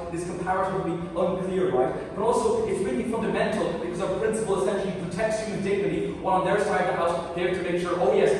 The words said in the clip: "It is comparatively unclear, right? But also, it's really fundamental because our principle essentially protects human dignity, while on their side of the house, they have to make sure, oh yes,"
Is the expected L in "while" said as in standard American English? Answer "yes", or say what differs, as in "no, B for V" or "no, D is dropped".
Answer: no, N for L